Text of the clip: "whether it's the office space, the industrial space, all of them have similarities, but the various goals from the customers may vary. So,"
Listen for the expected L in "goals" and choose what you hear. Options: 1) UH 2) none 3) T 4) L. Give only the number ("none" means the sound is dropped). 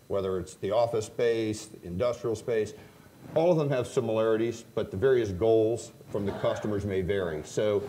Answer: 4